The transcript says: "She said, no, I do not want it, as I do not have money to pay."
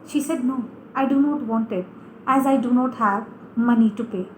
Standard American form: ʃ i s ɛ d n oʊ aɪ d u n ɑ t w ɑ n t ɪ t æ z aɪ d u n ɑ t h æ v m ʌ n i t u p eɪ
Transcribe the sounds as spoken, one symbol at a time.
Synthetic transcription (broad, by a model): ʃ i s ɛ d n oʊ aɪ d u n ɑ t w ɑ n t ɪ t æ z aɪ d u n ɑ t h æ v m ʌ n i t u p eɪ